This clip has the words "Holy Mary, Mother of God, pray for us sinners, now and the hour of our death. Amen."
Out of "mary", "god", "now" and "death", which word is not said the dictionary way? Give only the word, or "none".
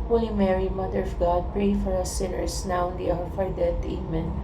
death